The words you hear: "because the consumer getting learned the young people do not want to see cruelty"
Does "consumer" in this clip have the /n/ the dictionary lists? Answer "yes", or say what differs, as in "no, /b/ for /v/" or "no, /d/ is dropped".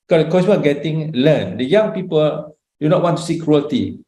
no, /n/ is dropped